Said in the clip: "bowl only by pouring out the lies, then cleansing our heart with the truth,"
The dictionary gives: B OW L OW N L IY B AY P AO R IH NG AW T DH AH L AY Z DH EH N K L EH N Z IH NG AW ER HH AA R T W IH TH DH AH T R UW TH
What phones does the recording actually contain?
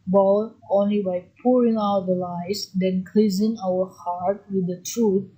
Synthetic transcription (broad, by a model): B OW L OW N L IY B AY P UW R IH NG AW T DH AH L AY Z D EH N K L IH Z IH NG AW ER HH AA R T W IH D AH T R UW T